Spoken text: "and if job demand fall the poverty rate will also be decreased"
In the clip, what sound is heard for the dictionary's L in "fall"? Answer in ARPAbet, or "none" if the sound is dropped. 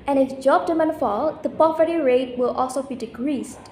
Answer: L